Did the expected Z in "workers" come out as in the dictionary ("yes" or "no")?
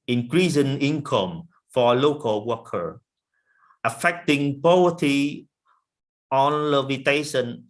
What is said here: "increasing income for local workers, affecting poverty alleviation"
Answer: no